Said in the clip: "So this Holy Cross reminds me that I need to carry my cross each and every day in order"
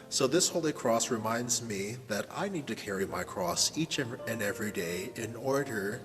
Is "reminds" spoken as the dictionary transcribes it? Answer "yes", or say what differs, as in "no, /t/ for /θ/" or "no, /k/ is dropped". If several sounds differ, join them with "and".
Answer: yes